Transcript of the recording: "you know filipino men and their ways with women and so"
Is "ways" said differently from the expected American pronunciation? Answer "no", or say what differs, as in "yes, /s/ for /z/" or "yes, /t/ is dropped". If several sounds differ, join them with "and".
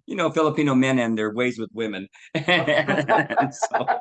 no